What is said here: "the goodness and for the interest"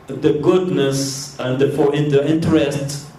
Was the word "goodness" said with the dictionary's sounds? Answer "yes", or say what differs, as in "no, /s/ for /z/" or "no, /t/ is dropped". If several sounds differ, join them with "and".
yes